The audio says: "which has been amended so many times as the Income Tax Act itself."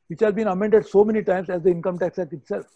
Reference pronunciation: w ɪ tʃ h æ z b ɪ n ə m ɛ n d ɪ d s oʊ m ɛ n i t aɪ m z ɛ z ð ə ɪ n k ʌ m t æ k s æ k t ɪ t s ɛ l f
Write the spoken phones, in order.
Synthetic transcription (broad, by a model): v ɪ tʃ h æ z b ɪ n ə m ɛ n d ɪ d s oʊ m ɛ n i t aɪ m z ɛ z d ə ɪ n k ʌ m t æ k s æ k ɪ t s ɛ l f